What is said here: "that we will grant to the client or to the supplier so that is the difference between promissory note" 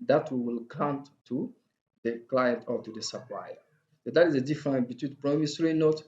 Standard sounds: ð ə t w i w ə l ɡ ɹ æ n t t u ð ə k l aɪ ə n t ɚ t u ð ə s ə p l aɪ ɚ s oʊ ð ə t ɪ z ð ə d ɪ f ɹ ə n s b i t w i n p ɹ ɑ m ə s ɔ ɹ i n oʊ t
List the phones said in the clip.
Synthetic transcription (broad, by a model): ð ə t w i w ə l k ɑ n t t u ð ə k l aɪ ə n t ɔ t u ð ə s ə p l aɪ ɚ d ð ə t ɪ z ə d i f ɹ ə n b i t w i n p ɹ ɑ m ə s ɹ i n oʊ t